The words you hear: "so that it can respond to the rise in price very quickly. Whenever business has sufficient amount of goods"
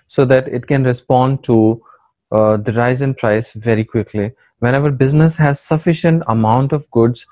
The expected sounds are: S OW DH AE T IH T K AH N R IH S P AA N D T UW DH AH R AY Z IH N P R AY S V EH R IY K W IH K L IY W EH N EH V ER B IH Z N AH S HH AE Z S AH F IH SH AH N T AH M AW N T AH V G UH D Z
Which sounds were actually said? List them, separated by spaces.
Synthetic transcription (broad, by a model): S OW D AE T IH T K AH N R IH S P AA N D T UW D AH R AY Z IH N P R AY S V EH R IY K W IH K L IY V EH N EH V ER B IH Z N AH S HH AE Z S AH F IH SH AH N T AH M AW N T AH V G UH D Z